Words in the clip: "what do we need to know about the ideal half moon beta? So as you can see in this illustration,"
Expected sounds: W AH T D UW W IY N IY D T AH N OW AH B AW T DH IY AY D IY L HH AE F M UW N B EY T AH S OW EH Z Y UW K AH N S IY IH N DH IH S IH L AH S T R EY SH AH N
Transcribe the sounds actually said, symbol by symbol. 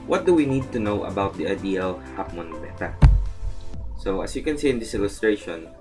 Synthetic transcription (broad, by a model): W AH T D UW W IY N IY D T AH N OW AH B AW T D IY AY D IY L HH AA P M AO N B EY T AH S OW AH S Y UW K AH N S IY IH N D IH S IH L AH S T R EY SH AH N